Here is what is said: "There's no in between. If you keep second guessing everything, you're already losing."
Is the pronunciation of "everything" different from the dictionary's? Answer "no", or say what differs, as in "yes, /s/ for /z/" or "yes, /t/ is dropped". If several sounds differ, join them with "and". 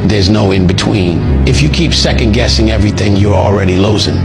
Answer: no